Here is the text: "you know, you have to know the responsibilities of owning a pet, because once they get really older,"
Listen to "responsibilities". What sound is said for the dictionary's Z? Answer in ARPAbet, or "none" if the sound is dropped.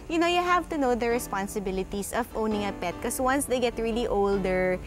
S